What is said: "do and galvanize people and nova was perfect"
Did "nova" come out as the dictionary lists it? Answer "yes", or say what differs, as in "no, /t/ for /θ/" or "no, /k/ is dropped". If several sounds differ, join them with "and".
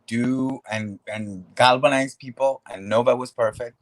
no, /b/ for /v/